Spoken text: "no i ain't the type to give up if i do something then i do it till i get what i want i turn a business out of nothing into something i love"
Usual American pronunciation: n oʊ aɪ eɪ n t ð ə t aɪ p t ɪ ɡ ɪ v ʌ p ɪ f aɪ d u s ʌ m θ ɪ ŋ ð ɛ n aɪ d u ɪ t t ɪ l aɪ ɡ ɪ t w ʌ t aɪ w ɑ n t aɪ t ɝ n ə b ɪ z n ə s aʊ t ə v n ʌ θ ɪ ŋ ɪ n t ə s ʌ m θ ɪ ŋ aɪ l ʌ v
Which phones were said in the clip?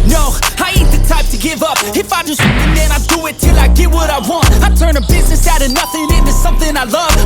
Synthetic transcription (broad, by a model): n oʊ aɪ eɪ t ð ə t aɪ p t ɪ ɡ ɪ v ʌ p ɪ f aɪ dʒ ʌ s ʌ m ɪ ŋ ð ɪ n aɪ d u ɪ t t ɪ l aɪ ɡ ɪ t w ʌ t aɪ w ɑ n t aɪ t ɝ n ə b ɪ z n ə s aʊ t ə n ʌ θ ɪ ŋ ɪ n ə s ʌ m θ ɪ ŋ aɪ l ʌ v